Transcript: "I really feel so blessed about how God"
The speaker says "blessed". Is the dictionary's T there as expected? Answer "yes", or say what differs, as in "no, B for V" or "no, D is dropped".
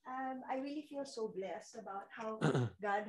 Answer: yes